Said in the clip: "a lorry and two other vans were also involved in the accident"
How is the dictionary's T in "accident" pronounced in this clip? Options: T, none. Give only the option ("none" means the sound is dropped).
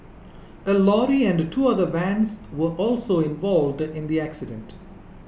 T